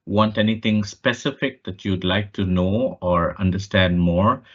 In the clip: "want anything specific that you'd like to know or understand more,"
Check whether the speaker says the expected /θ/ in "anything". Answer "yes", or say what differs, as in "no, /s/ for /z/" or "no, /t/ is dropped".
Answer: no, /t/ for /θ/